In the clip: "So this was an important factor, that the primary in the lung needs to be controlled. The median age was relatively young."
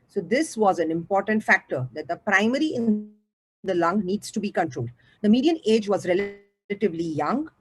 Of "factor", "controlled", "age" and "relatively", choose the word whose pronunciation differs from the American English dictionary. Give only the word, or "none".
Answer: none